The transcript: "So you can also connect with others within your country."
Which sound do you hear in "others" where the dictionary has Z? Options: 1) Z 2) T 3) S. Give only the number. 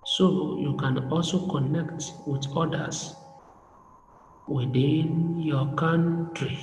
3